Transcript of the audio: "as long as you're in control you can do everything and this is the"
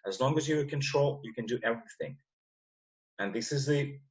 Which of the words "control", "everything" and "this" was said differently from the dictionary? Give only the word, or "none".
none